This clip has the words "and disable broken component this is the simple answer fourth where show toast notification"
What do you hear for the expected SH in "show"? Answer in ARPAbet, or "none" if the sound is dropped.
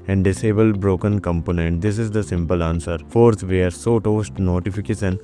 S